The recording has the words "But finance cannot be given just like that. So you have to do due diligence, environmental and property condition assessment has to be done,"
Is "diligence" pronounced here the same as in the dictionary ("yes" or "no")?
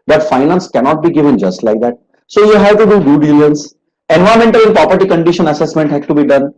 no